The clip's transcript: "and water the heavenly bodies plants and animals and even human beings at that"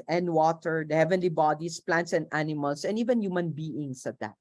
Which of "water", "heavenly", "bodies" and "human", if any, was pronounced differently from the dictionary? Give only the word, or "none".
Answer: bodies